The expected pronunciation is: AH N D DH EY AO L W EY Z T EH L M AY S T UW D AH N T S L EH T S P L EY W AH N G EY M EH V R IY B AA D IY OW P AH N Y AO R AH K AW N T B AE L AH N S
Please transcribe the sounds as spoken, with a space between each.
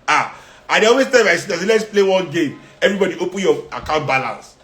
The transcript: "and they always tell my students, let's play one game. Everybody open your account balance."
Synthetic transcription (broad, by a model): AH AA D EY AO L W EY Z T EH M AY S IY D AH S L EH T S P L EY W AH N G EY M EH V R IY B AA D IY OW P AH N Y AO AH K AW N T B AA L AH N S